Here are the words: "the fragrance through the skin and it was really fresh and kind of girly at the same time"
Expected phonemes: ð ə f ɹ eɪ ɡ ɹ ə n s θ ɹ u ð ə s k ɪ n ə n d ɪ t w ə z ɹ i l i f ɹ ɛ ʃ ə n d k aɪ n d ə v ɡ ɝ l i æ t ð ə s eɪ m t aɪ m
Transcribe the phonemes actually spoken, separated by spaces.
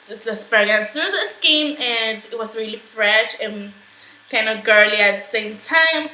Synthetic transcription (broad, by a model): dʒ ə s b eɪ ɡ ə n θ ɹ u ð ə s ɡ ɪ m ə n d ɪ t w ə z ɹ i l i f ɹ ɛ ʃ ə n k aɪ n d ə ɡ ɝ l i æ t ð ə s eɪ m t aɪ m